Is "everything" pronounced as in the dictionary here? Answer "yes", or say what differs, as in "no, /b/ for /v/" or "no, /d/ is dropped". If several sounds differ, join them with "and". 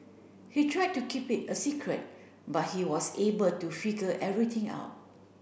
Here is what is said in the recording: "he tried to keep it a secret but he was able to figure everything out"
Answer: no, /t/ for /θ/